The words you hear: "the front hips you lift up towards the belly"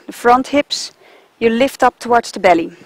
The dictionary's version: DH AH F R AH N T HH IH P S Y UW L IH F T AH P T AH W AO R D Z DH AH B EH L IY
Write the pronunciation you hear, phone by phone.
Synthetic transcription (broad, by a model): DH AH F R AH N T HH IH P S Y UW L IH F T AH P T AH W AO R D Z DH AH B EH L IY